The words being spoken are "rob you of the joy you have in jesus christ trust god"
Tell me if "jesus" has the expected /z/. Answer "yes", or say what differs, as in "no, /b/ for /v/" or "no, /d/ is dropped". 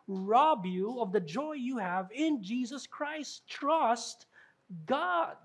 yes